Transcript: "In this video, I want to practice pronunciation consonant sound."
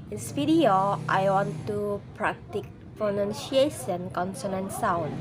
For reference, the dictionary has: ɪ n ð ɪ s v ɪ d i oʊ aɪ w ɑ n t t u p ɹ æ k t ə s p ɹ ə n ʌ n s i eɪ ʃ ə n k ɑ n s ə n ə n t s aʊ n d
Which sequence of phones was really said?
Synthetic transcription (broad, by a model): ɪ n s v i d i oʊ aɪ w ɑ n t t u p ɹ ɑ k t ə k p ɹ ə n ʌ n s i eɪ s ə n k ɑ n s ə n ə n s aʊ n